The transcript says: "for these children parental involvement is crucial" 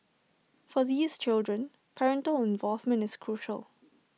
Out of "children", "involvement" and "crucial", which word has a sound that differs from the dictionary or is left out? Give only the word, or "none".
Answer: none